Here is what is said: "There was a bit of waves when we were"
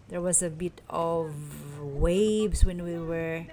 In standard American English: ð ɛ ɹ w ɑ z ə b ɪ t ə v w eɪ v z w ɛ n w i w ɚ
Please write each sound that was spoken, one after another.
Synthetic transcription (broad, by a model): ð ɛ ɹ w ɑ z ə b ɪ t ə v w eɪ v s w ɛ n w i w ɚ